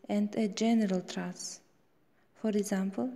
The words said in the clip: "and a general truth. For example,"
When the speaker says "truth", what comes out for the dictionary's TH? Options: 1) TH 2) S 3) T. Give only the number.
2